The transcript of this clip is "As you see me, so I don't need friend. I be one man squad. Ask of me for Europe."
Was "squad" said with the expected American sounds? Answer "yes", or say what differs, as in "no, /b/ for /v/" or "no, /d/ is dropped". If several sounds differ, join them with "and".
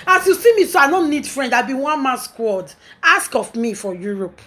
yes